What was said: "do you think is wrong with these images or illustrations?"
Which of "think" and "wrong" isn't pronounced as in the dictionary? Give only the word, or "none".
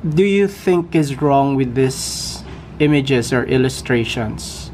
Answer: none